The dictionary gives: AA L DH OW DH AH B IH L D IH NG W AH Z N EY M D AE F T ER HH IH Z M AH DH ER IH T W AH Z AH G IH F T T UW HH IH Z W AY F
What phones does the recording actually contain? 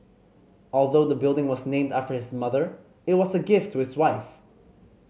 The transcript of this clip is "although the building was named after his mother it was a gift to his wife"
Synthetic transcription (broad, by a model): AA L DH OW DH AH B IH L D IH NG W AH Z N EY M D AE F T ER HH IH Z M AH DH ER IH T W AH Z AH G IH F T T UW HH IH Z W AY F